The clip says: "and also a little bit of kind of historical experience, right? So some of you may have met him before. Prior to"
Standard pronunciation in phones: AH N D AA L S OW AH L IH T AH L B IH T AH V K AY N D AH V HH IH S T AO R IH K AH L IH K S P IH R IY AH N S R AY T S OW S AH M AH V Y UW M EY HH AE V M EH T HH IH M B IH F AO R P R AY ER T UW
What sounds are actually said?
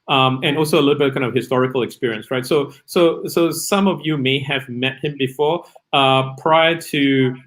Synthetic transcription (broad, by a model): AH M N AA L S OW AH L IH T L B IH T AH K AY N AH V HH IH S T AO R IH K AH L IH K S P IH R IY AH N S R AY T S OW S AH M AH V Y UW M EY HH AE V M EH T HH IH M B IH F AO R P R AY ER T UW